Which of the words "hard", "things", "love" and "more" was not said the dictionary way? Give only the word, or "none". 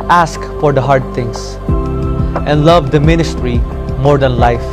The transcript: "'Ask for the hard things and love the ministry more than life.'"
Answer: things